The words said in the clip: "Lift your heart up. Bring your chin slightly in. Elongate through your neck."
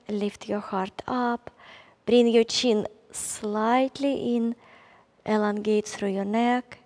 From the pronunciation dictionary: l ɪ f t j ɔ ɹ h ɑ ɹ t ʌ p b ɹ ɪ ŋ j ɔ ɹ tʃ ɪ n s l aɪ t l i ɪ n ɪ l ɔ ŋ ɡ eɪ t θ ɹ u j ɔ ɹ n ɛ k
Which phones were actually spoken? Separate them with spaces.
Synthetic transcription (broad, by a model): l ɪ f t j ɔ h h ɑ ɹ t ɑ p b ɹ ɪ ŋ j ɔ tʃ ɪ n s l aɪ t l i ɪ n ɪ l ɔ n ɡ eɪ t s ɹ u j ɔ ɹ n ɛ k